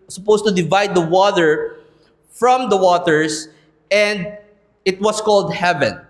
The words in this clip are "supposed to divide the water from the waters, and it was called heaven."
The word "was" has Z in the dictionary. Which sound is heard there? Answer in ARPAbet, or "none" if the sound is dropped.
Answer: S